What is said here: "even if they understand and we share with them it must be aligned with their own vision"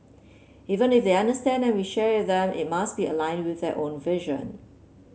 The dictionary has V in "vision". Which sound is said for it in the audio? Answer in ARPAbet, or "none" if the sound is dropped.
V